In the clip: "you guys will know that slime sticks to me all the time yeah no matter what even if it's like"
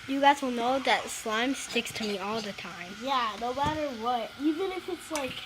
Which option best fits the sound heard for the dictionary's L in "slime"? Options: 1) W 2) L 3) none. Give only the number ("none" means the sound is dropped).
2